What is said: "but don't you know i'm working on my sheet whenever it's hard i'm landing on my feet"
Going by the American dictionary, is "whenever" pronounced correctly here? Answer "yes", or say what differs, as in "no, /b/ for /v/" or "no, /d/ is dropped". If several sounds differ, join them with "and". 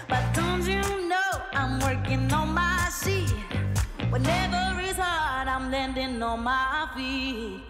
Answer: yes